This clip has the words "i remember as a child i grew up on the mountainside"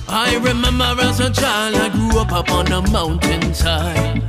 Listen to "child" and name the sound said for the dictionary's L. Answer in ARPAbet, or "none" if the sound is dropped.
L